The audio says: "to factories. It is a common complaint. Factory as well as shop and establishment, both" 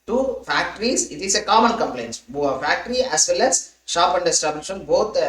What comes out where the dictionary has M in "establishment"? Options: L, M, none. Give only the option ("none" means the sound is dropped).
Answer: none